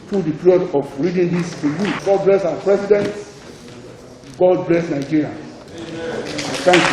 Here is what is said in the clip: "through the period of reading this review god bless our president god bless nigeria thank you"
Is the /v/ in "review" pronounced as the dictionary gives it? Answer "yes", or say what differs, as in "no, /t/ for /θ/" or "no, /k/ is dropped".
no, /v/ is dropped